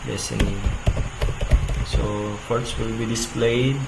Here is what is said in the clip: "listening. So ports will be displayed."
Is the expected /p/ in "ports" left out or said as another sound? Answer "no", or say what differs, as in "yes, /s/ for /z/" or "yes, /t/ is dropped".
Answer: yes, /f/ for /p/